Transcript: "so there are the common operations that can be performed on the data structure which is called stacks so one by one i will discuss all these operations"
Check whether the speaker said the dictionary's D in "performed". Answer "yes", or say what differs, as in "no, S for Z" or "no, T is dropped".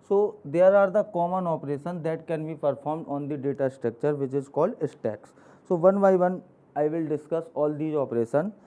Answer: yes